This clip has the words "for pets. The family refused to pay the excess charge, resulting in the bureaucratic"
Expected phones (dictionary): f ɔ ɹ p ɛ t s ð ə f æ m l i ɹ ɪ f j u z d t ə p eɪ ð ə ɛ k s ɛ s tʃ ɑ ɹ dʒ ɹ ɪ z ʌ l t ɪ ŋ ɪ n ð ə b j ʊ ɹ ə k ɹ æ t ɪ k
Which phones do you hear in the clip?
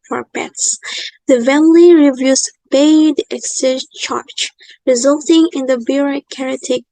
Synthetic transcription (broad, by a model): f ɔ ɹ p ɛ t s ð ə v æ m l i ɹ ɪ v j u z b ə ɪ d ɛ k s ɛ tʃ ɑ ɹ tʃ ɹ ɪ z ʌ l t ɪ ŋ ɪ n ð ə b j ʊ ɹ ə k ɹ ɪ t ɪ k